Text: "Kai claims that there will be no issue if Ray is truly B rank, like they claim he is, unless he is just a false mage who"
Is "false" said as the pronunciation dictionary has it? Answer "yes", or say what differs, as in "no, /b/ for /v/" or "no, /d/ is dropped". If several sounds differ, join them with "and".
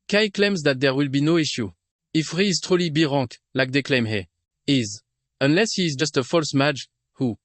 yes